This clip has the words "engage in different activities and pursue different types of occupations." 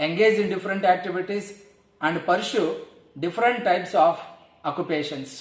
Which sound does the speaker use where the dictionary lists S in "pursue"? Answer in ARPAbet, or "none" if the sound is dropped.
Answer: SH